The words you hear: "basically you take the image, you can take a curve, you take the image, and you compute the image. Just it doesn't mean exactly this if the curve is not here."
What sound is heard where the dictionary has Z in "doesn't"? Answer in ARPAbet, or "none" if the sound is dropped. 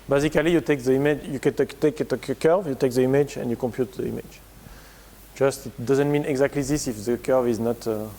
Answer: Z